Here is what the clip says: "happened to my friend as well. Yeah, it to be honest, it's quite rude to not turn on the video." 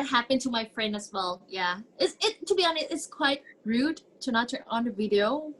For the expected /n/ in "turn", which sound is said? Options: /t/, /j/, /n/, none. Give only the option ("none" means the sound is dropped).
none